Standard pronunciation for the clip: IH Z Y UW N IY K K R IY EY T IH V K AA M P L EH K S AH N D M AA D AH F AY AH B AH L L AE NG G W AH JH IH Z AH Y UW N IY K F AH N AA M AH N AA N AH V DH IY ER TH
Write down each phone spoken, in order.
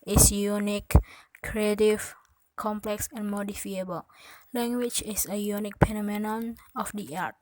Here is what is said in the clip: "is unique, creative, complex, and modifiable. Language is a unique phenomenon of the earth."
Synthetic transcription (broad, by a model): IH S Y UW N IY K K R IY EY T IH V K AA M P L EH K S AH N M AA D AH F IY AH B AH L L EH NG G W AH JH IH S AH Y UW N IY K P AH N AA M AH N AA N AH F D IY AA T